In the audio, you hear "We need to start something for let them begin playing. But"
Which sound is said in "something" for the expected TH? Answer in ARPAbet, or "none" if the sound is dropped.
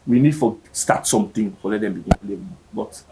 T